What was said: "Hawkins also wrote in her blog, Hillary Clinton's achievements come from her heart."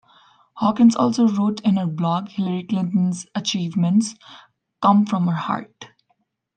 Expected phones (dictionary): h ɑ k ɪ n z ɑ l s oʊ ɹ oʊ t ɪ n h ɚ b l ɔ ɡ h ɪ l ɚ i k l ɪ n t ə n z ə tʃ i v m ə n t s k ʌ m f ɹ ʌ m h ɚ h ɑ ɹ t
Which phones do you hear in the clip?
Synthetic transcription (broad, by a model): h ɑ k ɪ n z ɑ l s oʊ ɹ oʊ t ɪ n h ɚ b l ɔ ɡ h ɪ l ɚ i k l ɪ n t ə n z ə tʃ i v m ə n t s k ʌ m f ɹ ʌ m h ɚ h ɑ ɹ t